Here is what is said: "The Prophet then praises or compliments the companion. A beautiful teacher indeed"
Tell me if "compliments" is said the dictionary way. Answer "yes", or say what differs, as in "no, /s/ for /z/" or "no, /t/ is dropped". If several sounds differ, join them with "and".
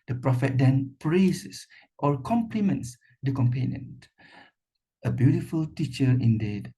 yes